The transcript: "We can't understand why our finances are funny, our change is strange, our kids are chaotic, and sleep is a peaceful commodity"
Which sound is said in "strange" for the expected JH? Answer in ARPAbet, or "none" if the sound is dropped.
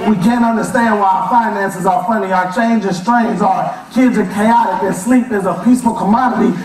Z